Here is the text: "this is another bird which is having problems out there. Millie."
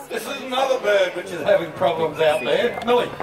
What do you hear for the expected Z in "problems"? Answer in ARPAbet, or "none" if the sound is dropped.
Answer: Z